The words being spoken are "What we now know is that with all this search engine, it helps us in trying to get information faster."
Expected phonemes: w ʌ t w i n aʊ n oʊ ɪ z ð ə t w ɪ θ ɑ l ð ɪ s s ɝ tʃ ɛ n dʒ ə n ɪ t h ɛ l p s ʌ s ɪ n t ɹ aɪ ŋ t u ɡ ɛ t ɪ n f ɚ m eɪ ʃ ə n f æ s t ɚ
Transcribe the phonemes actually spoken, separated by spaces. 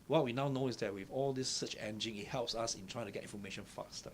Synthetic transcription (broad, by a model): w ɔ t w i n aʊ n oʊ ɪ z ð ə t w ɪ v ɑ l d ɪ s s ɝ tʃ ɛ n dʒ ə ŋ ɪ t h ɛ l p s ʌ s ɪ n t ɹ aɪ ŋ t u ɡ ɛ t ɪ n f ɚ m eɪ ʃ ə n f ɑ s t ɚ